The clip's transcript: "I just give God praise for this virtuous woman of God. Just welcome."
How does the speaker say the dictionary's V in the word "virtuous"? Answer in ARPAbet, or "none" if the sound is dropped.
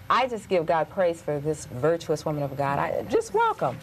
V